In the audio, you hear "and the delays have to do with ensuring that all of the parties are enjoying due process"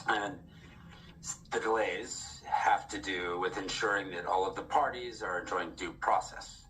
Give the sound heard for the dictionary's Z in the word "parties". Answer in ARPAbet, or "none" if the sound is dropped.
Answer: Z